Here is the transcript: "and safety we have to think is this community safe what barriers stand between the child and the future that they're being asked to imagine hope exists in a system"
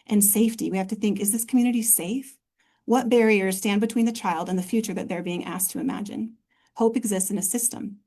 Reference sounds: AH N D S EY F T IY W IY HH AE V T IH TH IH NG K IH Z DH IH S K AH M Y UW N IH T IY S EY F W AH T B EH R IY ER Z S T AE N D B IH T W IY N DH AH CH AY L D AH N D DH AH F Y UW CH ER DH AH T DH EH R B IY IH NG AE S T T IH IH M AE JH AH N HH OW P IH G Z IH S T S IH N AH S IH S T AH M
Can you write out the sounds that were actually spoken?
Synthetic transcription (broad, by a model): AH N S EY F T IY W IY HH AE F T IH TH IH NG K IH Z DH IH S K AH M Y UW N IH T IY S EY F W AH T B EH R IY ER Z S T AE N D B IH T W IY N DH AH CH AY L D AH N DH AH F Y UW CH ER DH AH T DH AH R B IY IH NG AE S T T IH IH M AE JH AH N HH OW P IH G Z IH S T S IH N AH S IH S T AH M